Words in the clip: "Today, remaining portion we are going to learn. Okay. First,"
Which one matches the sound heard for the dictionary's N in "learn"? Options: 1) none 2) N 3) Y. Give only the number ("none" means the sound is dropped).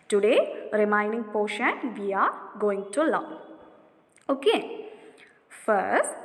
1